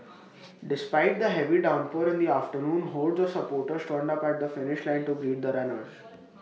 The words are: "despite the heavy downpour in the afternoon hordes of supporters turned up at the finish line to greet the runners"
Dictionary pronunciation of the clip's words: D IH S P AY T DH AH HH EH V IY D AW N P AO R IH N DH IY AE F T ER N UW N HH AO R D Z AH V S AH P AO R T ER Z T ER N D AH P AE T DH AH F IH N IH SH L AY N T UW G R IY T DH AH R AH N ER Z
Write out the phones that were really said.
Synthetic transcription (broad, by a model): D IH S P AY T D AH HH EH V IY D AW N P AO R IH N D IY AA F T ER N UW N HH AO L D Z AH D S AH P AO R T ER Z T ER N D AH P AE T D AH F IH N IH SH L AY N T UW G R IY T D AH R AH N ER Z